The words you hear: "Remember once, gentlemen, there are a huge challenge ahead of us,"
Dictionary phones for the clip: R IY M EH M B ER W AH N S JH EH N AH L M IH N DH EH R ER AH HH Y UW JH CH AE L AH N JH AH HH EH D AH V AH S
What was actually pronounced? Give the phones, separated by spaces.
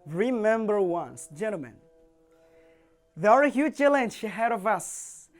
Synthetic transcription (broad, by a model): R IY M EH M B ER W AH N S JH EH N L M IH N DH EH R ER AH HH Y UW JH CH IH L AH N SH AH HH EH D AH V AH S